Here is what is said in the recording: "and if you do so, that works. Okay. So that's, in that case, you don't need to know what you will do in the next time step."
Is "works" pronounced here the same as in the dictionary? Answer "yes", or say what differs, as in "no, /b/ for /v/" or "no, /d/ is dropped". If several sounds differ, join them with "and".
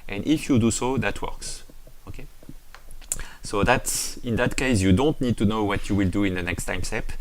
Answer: yes